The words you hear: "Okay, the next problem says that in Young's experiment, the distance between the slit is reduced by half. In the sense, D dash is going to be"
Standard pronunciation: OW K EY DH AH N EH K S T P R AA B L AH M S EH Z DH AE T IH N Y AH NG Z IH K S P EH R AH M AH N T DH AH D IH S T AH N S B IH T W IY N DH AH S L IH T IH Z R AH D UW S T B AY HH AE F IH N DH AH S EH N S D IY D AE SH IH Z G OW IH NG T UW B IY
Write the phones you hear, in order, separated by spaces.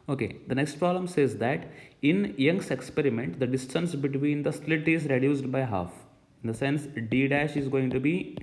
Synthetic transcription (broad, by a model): OW K EY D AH N EH K S T P R AA B L AH M S EH Z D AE T IH N Y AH NG S IH K S P EH R AH M AH N T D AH D IH S T AH N S B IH T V IY N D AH S L IH T IH Z R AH D UW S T B AY HH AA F IH N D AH S EH N S D IY D AE SH IH Z G OW IH NG T UW B IY